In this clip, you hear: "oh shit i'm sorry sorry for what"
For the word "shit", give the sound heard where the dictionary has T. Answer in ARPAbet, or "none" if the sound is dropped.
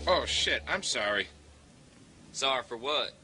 T